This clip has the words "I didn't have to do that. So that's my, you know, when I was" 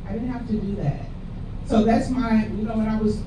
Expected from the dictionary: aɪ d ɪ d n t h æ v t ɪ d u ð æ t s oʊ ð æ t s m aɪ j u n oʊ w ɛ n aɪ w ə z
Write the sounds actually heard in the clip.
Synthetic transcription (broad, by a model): aɪ d ɪ d n t h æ f t ɪ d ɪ ð æ t s oʊ ð æ t s m aɪ j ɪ n oʊ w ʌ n aɪ w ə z